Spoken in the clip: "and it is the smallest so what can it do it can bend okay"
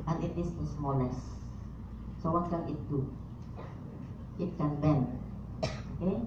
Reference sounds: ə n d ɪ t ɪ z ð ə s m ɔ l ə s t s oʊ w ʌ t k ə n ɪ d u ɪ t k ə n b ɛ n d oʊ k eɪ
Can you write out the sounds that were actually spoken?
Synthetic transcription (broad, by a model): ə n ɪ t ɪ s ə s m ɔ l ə s s oʊ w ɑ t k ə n ɪ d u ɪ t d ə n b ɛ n oʊ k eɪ